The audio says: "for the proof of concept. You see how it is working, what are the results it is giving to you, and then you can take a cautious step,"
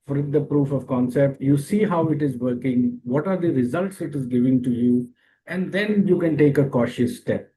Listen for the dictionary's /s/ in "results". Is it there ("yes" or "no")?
yes